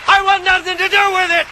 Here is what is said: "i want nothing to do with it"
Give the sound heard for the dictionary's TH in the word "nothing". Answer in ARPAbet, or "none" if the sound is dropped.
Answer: TH